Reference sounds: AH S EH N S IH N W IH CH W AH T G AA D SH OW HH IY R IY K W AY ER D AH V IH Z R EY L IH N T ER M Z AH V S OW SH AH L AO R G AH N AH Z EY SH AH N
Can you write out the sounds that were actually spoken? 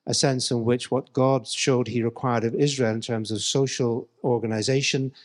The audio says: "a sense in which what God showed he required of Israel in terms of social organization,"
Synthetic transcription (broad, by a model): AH S EH N S IH N W IH CH W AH T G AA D SH OW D IY R IY K W AY ER D AH V IH Z R EY L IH N T ER M Z AH V S OW SH AH L AO R G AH N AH Z EY SH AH N